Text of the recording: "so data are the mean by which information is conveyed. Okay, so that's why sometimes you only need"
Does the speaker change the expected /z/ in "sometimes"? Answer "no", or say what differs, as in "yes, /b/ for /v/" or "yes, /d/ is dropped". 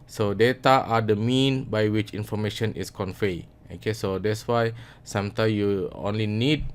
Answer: yes, /z/ is dropped